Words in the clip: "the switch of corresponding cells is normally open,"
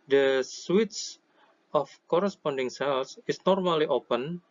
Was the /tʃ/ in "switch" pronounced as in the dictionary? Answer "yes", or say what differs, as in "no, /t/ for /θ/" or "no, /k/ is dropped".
no, /s/ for /tʃ/